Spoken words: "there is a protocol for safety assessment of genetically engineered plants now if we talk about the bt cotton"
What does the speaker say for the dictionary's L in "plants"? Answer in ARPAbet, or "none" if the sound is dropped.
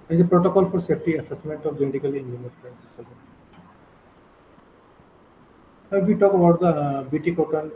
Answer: none